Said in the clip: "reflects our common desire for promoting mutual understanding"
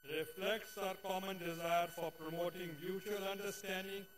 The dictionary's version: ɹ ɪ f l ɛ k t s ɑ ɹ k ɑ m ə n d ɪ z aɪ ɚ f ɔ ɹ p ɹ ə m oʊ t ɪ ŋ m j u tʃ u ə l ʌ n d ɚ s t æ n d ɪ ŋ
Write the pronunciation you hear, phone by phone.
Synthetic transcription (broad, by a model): ɹ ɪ f l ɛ k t s ɑ ɹ k ɑ m ə n d ɪ z aɪ ɚ f ɔ ɹ p ɹ ə m oʊ t ɪ ŋ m j u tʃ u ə l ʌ n d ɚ s t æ n d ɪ ŋ